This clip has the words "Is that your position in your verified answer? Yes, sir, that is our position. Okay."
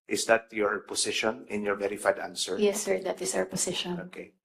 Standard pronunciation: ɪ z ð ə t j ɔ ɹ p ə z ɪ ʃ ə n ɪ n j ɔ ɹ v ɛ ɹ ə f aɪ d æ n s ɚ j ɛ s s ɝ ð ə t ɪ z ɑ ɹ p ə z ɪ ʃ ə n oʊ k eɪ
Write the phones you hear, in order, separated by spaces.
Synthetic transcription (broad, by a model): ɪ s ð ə t j ɔ ɹ p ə s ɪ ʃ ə n ɪ n j ɔ ɹ v ɛ ɹ ə f aɪ d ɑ n s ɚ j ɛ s s ɝ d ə t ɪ s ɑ w p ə s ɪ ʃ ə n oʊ k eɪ